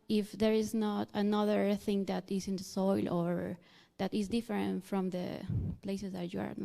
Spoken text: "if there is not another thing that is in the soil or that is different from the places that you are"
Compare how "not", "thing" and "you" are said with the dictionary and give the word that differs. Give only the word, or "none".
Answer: none